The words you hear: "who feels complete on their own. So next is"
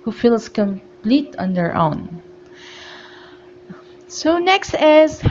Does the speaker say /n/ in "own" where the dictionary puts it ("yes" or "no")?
yes